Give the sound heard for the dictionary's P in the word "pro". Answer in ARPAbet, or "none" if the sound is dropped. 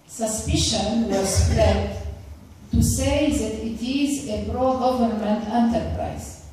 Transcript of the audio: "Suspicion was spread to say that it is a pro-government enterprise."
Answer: B